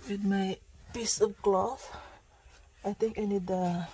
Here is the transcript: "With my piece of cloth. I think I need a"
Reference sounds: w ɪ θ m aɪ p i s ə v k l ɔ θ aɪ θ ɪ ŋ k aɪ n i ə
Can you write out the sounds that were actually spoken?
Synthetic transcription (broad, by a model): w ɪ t m aɪ p i s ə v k l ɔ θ aɪ t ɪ ŋ k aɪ n i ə